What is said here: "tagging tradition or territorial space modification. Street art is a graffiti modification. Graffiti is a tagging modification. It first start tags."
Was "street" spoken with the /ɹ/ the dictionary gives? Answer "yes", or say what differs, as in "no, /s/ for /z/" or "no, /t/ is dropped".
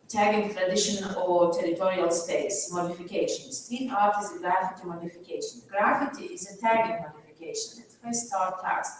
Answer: no, /ɹ/ is dropped